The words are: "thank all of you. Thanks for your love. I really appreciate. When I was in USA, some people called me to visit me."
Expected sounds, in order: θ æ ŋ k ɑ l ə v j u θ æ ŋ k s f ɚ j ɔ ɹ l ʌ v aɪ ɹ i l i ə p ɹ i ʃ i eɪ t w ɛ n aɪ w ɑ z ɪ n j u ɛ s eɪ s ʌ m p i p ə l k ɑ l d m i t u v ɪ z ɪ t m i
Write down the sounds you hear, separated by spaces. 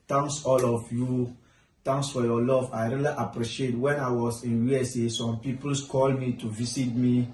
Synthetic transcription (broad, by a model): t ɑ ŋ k ɑ l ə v j u t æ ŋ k s f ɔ j ɔ l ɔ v aɪ ɹ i l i ə p ɹ i ʃ i eɪ t w ɛ n aɪ w ɑ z ɪ n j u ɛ s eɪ s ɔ m p i p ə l k ɑ l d m i t u v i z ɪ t m i